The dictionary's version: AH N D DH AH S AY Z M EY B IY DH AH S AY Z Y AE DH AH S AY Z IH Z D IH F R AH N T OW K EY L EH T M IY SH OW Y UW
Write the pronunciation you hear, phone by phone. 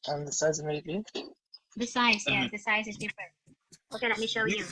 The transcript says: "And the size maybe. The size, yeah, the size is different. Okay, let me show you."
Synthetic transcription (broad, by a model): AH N DH AH S AY Z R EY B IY DH AH S AY Z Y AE DH AH S AY Z IH Z D IH F R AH N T OW K EY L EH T M IY SH OW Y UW